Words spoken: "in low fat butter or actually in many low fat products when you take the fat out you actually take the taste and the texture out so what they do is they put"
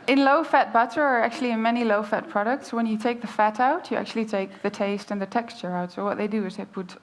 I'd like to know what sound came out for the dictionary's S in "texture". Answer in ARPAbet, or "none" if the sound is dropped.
S